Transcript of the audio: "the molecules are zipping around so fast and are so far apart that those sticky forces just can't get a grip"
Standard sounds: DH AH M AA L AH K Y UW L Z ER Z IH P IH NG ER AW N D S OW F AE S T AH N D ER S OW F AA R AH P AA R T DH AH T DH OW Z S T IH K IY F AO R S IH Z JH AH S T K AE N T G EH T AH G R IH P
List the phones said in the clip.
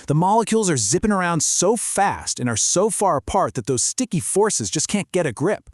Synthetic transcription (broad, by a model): DH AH M AA L AH K Y UW L Z ER Z IH P IH NG ER AW N D S OW F AE S T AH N ER S OW F AA R AH P AA R T DH AH T DH OW Z S T IH K IY F AO R S IH Z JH AH S K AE N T G EH T AH G R IH P